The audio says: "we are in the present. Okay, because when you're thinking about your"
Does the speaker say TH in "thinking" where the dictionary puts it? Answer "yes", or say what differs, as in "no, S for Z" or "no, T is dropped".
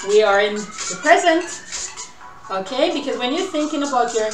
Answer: yes